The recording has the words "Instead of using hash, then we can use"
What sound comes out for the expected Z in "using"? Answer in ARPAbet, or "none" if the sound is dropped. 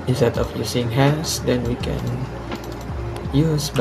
S